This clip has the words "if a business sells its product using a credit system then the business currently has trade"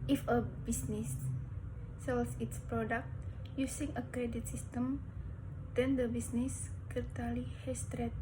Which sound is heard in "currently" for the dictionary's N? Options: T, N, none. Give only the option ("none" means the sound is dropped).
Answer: none